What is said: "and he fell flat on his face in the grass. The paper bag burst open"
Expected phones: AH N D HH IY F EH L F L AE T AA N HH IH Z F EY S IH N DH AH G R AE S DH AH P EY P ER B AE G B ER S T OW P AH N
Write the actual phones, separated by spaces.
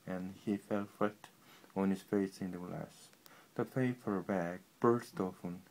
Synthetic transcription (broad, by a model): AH N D HH IY F EH L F UH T AA N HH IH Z F EY S IH N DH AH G L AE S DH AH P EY F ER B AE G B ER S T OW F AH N